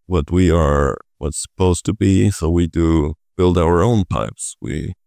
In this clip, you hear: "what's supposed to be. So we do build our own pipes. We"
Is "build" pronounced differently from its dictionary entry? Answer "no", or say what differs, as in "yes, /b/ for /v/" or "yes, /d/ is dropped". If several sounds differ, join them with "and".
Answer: no